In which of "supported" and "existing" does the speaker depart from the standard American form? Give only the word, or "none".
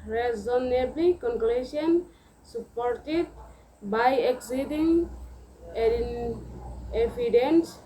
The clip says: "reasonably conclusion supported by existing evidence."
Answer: existing